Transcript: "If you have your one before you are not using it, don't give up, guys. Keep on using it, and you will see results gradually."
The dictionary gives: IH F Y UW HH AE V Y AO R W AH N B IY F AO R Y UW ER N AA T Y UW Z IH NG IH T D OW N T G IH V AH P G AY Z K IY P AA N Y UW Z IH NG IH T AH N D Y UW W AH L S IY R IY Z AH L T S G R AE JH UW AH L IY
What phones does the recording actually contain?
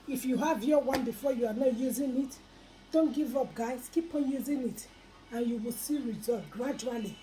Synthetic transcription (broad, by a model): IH F Y UW HH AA V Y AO W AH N B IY F AO Y UW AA N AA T Y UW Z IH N IH T D OW N T G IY V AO P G AY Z K IY P AA N Y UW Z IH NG IH T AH N Y UW W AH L S IY R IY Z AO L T G R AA JH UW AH L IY